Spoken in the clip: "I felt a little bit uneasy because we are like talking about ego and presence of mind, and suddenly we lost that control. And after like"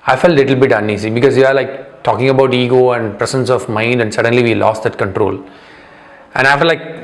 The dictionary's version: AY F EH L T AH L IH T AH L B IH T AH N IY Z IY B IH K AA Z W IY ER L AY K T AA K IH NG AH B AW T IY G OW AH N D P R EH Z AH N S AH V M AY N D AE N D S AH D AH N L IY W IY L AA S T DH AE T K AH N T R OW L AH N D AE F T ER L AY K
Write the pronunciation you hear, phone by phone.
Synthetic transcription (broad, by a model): AY F EH L T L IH T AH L B IH T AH N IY S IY B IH K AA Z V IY ER L AY K T AA K IH NG AH B AW T IY G OW AH N D P R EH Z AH N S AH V M AY N D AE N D S AH D AH N L IY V IY L AA S T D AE T K AH N T R OW L AH N D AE F T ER L AY K